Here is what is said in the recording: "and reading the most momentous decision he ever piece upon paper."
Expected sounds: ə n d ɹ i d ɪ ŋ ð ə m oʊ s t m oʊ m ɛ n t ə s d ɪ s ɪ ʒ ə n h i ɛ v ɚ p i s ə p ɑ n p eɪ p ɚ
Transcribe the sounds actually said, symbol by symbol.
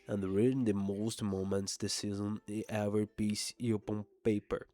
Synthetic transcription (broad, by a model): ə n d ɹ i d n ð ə m oʊ s t m oʊ m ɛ n t s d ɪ s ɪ z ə n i ɛ v ɚ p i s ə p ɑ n p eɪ p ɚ